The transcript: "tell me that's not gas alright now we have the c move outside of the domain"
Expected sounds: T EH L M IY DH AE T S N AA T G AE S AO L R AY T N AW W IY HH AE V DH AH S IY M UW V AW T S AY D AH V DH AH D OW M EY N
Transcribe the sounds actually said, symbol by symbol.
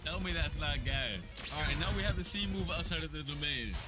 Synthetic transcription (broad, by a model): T EH L M IY DH AE T S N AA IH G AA IH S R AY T N AW W IY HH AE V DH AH S IY M UW V AW T S AY D AH V DH AH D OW M EY N